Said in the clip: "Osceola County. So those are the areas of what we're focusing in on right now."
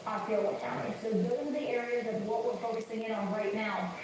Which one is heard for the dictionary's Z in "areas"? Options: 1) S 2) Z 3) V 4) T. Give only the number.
2